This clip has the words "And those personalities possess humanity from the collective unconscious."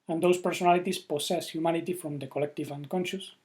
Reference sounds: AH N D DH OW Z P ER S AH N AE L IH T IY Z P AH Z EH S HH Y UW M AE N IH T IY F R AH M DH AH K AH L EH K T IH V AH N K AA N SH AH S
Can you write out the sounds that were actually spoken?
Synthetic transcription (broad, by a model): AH N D OW S P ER S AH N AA L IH T IY S P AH S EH S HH Y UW M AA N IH T IY F R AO M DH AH K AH L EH K T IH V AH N K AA N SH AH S